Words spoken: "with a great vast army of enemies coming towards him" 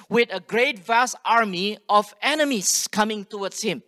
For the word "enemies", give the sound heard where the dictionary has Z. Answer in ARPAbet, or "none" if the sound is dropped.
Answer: S